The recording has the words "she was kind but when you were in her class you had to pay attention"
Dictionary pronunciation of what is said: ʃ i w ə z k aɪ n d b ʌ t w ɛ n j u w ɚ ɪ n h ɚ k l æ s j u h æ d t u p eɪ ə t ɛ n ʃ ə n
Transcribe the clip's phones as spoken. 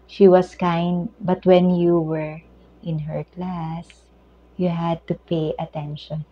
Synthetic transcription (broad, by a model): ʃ i w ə s k aɪ n d b ʌ t w ɛ n j u w ɚ ɪ n h ɚ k l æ s j u h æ d t u p eɪ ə t ɛ n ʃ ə n